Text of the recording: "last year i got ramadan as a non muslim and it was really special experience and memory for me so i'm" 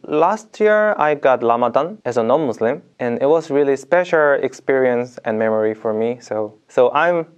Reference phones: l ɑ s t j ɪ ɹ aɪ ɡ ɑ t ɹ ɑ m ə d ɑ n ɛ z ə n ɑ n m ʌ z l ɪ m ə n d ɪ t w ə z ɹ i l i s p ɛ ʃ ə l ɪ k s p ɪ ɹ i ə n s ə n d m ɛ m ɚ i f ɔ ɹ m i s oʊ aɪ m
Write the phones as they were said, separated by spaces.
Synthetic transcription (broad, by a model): l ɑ s t j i ɹ aɪ ɡ ɑ t l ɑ m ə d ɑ n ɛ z ə n ɑ n m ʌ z l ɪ m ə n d ɪ t w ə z ɹ i l i s p ɛ ʃ ə l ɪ k s p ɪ ɹ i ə n s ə n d m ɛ m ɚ i f ɔ ɹ m i s oʊ aɪ m